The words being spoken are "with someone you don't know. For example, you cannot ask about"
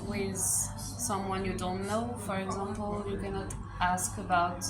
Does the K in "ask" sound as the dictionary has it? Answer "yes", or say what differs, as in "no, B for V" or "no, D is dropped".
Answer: yes